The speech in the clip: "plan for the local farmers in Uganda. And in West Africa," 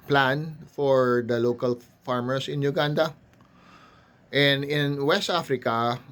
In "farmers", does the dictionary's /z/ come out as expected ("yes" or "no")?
no